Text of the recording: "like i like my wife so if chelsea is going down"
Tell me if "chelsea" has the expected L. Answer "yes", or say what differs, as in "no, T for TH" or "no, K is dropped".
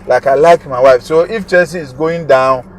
no, L is dropped